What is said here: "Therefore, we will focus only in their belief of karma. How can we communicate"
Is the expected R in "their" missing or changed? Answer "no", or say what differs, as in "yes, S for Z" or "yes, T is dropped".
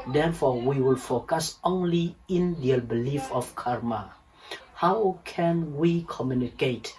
yes, L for R